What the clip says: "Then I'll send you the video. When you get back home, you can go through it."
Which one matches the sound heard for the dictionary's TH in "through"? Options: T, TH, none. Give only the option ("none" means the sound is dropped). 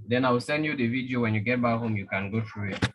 T